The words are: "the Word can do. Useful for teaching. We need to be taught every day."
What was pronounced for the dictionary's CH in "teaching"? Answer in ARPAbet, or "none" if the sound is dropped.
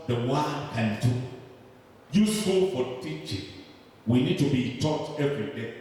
CH